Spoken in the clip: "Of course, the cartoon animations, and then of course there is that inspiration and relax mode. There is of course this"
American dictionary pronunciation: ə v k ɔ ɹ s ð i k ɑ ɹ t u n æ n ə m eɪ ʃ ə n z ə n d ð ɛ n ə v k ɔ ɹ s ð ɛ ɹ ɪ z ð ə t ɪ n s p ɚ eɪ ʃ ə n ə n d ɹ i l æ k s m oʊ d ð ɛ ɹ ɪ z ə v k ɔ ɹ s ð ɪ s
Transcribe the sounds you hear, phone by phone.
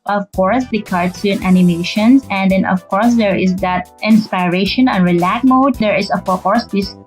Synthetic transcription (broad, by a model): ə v k ɔ ɹ s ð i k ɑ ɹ s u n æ n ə m eɪ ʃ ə n s ə n d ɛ n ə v k ɔ ɹ s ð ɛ ɹ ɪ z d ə t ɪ n s p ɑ eɪ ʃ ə n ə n ɹ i l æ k m oʊ d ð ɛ ɹ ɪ s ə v k ɔ ɹ s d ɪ s